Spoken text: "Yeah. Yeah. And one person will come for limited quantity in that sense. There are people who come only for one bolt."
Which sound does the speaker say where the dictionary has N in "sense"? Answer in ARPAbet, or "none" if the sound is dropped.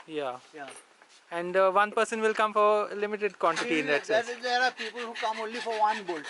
none